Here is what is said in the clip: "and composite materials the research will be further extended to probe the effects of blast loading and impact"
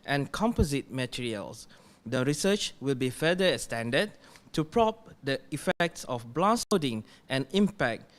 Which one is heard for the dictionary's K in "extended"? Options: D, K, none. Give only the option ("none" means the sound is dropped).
none